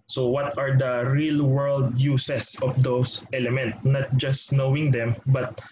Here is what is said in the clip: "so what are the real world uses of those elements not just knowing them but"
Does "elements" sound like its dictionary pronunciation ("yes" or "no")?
no